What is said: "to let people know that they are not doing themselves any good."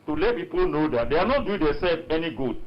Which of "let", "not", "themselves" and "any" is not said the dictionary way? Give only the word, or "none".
themselves